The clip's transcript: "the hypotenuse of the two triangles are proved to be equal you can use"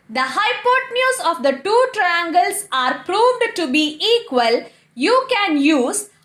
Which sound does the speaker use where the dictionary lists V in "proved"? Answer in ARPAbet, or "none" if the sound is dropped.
V